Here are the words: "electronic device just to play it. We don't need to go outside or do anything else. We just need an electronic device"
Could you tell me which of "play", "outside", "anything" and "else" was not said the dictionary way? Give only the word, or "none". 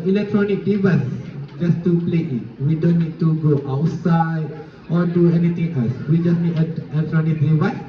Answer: anything